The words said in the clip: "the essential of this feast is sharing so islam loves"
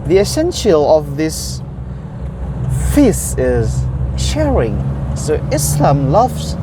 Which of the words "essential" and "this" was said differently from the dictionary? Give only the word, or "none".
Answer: none